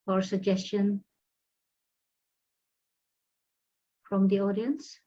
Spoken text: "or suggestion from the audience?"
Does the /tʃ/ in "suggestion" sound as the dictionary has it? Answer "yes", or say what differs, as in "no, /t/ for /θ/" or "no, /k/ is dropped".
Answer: yes